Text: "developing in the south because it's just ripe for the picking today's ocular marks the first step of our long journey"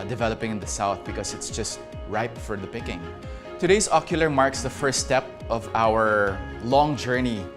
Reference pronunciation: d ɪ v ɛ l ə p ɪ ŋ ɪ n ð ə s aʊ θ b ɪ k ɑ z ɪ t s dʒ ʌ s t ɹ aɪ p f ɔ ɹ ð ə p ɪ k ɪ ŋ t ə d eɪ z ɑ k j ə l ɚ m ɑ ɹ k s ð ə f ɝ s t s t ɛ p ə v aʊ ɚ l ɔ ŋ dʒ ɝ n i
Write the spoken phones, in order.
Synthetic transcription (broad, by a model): d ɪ v ɛ l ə p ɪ ŋ ɪ n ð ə s aʊ θ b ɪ k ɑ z ɪ t s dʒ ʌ s t ɹ aɪ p f ɔ ɹ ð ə p ɪ k ɪ ŋ t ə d eɪ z ɑ k j ə l ɚ m ɑ ɹ k s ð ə f ɝ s s t ɛ p ə v aʊ ɚ l ɔ ŋ dʒ ɝ n i